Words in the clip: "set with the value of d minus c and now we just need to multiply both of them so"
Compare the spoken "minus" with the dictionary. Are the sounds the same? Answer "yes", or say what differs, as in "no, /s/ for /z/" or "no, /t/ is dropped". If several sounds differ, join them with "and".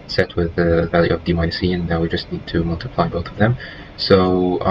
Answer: no, /n/ is dropped